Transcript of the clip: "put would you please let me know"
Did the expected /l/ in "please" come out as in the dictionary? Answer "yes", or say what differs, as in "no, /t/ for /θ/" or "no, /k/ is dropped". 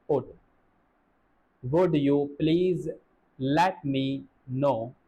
yes